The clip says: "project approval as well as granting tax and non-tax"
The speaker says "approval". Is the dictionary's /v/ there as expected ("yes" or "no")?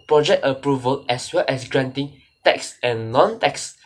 yes